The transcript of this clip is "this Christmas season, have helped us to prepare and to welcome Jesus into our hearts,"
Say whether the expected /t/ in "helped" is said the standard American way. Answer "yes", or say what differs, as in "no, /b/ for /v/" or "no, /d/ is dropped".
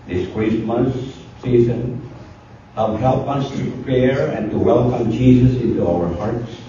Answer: no, /t/ is dropped